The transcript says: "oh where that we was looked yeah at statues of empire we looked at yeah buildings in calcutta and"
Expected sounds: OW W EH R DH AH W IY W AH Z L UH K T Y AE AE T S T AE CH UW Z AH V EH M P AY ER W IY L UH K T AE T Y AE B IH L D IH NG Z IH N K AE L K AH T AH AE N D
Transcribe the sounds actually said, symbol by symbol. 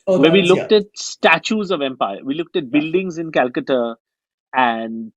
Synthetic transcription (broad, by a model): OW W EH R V IY L UH K T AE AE T S T AE CH UW Z AH V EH M P AY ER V IY L UH K T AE T B IH L D IH NG Z IH N K AE L K AH T AH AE N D